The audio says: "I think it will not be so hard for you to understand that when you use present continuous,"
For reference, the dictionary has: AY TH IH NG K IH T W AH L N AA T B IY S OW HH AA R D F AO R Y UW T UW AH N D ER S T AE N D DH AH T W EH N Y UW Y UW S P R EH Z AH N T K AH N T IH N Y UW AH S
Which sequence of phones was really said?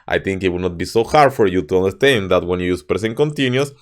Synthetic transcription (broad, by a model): AY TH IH NG K IH T W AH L N AA T B IY S OW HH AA R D F AO R Y UW T UW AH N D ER S T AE N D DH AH T W EH N Y UW Y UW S P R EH S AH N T K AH N T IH N Y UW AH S